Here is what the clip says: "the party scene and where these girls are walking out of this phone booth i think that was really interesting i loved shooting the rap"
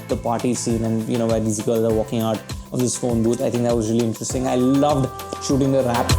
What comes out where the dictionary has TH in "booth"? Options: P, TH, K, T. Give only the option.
T